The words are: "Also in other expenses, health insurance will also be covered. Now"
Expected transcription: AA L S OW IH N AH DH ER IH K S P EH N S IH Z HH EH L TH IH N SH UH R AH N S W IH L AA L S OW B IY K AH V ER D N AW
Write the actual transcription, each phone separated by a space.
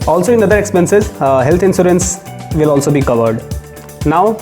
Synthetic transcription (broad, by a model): AA L S OW IH N AH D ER IH K S P EH N S IH Z HH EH L T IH N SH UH R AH N S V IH L AA L S OW B IY K AH V ER D N AW